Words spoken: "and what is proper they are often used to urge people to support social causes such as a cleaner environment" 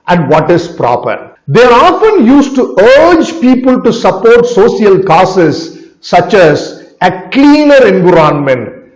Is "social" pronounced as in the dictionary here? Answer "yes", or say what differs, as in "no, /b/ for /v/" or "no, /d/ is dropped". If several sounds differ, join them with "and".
no, /s/ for /ʃ/